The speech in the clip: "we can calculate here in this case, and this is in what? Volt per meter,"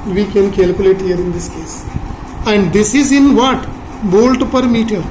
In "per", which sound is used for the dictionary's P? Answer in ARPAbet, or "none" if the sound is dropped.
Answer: P